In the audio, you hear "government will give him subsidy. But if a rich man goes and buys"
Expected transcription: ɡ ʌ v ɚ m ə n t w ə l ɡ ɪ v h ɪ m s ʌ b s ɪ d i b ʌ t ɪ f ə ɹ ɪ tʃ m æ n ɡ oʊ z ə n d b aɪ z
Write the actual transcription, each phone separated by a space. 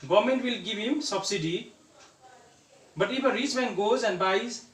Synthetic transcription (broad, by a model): ɡ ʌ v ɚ m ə n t w ə l ɡ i b h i m s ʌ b s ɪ d i b ʌ t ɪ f ə ɹ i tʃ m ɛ n ɡ oʊ z ə n d b aɪ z